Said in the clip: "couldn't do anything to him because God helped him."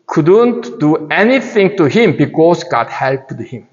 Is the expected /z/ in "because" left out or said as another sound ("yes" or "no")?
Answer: yes